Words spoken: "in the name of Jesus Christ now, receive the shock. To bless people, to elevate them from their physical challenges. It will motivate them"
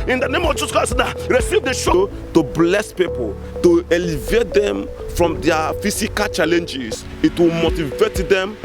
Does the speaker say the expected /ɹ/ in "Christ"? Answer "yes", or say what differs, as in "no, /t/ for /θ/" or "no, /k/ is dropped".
no, /ɹ/ is dropped